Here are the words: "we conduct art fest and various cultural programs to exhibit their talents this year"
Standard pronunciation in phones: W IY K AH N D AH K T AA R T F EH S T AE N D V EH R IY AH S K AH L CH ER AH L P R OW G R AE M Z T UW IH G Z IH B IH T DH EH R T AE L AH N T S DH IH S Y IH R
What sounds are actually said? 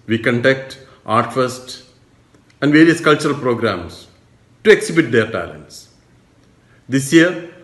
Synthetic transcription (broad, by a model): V IY K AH N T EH K T AA R T F EH S T AE N D V EH R IY AH S K AH L CH ER AH L P R OW G R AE M S T UW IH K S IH B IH T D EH R T AE L AH N T S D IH S Y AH R